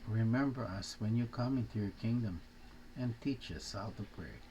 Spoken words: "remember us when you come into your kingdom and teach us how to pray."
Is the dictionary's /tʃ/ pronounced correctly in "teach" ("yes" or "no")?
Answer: yes